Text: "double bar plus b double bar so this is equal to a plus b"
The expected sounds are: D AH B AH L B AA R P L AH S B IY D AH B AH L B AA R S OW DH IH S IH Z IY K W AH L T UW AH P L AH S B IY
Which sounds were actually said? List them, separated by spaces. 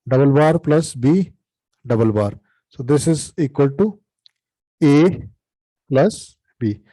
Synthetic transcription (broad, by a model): D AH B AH L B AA R P L AH S B IY D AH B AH L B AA R S OW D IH S IH Z IY K W AH L T UW AH P L AH S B IY